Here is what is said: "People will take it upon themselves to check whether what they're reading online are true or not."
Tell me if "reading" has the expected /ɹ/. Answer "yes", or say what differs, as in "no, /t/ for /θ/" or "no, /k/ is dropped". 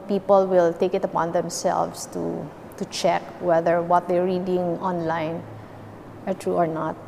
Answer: yes